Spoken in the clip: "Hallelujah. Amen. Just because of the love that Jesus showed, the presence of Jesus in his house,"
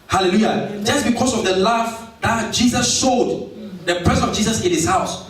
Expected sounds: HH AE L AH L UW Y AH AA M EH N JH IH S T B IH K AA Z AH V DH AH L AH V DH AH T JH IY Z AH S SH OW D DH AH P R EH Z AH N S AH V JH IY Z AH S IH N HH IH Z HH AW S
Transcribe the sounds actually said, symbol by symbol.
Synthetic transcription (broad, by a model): HH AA L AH L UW Y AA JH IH S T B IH K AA S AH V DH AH L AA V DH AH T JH IY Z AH S SH OW D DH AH P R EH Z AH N AH V JH IY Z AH S IH N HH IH S HH AW S